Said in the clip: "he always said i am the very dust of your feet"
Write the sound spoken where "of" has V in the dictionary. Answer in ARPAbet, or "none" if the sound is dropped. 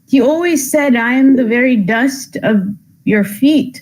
V